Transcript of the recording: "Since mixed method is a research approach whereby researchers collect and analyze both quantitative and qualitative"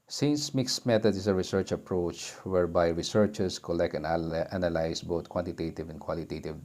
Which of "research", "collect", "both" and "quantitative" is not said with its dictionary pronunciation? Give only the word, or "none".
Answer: both